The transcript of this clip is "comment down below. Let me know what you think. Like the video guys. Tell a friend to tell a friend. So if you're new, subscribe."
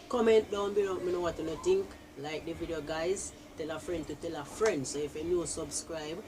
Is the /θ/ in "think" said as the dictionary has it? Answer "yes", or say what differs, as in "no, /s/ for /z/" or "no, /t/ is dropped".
no, /t/ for /θ/